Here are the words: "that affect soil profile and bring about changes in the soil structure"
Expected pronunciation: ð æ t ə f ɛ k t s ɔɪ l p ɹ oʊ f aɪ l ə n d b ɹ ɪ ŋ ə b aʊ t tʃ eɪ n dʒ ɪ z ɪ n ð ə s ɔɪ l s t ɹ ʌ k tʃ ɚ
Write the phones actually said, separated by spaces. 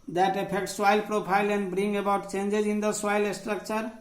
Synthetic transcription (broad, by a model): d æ t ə p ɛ k t s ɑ l p ɹ oʊ p aɪ l ə n d b ɹ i ŋ ə b aʊ t tʃ eɪ n dʒ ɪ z ɪ n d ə s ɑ l s t ɹ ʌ k tʃ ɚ